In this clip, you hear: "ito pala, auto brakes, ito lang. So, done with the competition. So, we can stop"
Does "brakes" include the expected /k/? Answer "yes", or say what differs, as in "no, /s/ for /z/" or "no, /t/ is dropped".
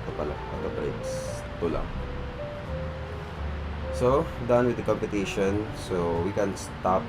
no, /k/ is dropped